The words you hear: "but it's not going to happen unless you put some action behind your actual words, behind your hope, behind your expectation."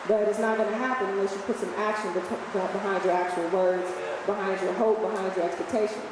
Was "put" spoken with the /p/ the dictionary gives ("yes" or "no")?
yes